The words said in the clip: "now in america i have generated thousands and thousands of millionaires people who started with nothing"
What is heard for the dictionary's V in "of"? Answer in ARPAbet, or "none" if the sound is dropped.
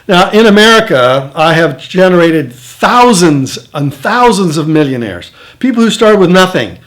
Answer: V